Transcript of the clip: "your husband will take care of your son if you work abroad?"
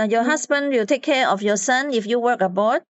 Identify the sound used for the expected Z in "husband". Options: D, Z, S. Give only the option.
S